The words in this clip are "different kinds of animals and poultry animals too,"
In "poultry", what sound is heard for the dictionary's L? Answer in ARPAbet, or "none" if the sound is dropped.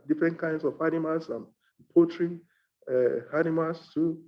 none